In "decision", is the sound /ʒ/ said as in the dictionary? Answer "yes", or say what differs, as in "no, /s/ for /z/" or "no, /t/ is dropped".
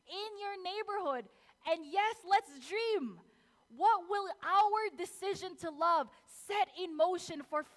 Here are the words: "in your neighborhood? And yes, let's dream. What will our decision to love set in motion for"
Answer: yes